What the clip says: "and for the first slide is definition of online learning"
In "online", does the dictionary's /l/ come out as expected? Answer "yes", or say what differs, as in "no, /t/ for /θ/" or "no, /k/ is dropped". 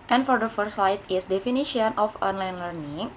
yes